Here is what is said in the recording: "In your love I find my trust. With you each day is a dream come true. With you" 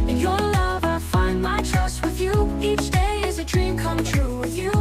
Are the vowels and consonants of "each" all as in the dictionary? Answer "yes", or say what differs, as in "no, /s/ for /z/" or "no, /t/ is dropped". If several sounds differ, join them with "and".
yes